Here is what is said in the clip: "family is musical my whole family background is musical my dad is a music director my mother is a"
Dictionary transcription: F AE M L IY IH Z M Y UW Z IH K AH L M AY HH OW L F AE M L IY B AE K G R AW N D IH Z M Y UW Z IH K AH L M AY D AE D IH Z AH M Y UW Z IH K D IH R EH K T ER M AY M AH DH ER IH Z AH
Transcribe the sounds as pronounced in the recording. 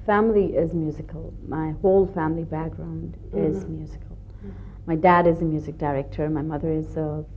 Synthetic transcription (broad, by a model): F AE M L IY IH Z M Y UW Z IH K AH L M AY HH OW L F AE M L IY B AE K G R AW N D IH Z M Y UW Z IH K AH L M AY D AE D IH Z AH M Y UW Z IH K D IH R EH K T ER M AY M AH DH ER IH Z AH